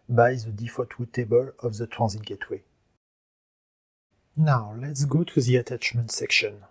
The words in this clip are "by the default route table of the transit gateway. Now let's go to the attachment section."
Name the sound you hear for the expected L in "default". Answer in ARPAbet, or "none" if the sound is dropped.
none